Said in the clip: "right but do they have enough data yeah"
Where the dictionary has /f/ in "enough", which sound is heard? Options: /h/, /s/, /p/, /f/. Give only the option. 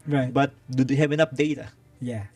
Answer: /p/